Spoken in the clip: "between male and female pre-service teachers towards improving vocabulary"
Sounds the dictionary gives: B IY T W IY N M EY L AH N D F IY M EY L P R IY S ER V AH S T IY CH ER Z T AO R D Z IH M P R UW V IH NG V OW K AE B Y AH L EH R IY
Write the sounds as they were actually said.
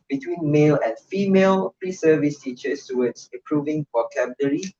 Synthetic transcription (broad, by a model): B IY T W IY N M EY L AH N F IY M EY L P R IY S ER V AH S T IY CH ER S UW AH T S IH M P R UW V IH NG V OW K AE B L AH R IY